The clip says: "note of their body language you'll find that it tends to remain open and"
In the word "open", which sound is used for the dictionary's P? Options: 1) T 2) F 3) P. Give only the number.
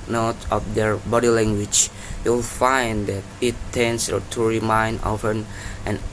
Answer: 2